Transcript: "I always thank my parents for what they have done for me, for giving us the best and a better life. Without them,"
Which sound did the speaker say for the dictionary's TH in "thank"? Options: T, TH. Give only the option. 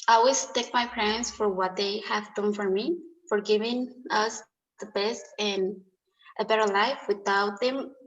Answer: T